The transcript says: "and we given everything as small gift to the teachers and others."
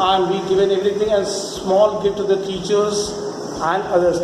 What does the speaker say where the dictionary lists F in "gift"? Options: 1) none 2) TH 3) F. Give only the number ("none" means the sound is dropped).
1